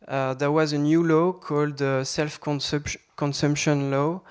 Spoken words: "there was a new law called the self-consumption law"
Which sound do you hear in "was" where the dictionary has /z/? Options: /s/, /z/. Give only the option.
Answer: /z/